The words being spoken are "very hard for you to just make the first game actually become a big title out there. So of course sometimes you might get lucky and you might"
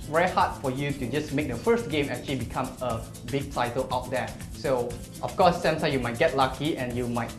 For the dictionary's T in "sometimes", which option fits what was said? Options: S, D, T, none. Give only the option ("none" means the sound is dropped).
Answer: S